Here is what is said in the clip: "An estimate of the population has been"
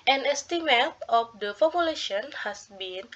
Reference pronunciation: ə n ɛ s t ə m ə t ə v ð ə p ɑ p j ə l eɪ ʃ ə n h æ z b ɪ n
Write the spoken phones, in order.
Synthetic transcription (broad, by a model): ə n ɛ s t ə m ə t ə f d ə f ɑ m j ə l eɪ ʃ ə n h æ s b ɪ n